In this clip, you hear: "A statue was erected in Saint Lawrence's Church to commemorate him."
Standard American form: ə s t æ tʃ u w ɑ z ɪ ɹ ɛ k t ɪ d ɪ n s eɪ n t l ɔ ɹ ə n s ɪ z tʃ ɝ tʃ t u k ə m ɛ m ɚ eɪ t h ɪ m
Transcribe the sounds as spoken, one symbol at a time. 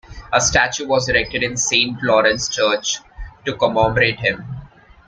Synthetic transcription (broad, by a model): ə s t æ tʃ u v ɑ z ɪ ɹ ɛ k t ɪ d ɪ n s eɪ n t l ɔ ɹ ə n s tʃ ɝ tʃ t u k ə m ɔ m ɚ eɪ t h ɪ m